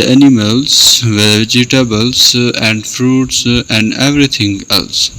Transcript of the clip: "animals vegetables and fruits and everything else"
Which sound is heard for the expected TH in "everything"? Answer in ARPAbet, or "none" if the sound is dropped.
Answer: T